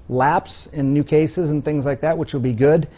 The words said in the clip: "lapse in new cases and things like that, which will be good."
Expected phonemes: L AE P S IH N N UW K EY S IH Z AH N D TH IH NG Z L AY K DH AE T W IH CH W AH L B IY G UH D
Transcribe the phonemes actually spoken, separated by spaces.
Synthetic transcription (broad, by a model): L AE P S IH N N UW K EY S IH Z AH N TH IH NG Z L AY K DH AE T W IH CH W AH L B IY G UH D